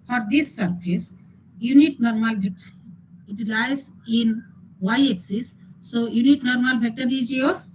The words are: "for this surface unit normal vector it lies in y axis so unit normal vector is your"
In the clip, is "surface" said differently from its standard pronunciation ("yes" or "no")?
yes